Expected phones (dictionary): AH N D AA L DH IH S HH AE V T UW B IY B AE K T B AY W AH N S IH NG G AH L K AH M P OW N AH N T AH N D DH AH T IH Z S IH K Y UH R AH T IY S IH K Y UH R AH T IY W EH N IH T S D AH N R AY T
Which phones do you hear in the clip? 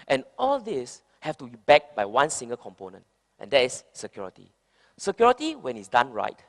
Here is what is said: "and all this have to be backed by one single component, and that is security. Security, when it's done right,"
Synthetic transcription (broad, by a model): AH N AA L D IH S HH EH F T UW B IY B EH K B AY W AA N S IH NG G AH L K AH M P OW N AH N T AH N D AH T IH S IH K Y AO R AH T IY S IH K Y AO R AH T IY W EH N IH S D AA N R AY T